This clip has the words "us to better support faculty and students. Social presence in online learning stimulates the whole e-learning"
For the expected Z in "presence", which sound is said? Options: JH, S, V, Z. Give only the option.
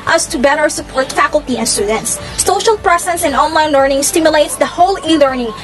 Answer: S